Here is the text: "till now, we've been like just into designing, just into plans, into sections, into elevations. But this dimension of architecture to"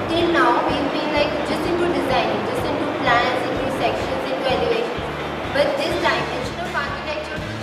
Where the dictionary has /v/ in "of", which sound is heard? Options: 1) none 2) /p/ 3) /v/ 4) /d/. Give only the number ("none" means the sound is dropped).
2